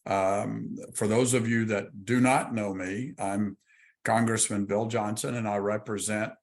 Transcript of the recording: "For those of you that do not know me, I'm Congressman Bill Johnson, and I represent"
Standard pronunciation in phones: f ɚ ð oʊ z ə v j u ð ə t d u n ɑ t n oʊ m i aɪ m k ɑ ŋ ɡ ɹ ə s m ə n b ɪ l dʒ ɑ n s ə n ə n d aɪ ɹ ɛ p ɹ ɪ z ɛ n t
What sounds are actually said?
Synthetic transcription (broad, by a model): f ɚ ð oʊ z ə v j u ð ə t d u n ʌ t n oʊ m i aɪ m k ɑ ŋ ɡ ɹ ə s m ə n b ɪ l dʒ ɑ n s ə n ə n aɪ ɹ ɛ p ɹ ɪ z ɛ n t